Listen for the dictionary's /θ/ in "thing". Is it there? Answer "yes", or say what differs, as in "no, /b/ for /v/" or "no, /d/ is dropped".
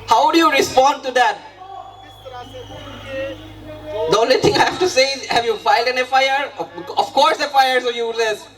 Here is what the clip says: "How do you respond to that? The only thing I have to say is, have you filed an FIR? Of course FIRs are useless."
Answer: no, /t/ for /θ/